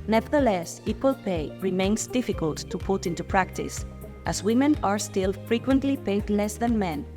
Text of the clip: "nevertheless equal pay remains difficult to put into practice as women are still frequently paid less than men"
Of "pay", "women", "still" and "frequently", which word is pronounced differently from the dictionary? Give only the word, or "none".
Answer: none